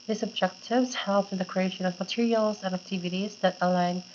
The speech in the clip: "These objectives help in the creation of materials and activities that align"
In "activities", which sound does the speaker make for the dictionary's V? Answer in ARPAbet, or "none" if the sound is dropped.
V